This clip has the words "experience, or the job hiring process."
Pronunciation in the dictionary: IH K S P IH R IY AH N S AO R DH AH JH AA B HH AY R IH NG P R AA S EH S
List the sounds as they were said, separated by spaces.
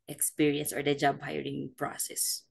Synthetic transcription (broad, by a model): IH K S P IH R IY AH N S AO R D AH JH AA B HH AY R IH NG P R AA S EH S